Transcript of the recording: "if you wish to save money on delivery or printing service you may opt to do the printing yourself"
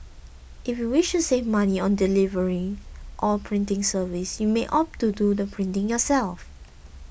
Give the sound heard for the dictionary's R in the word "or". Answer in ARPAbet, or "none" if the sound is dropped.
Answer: L